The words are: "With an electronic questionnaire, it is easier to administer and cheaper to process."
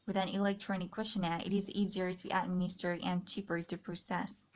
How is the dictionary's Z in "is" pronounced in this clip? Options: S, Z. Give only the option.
Z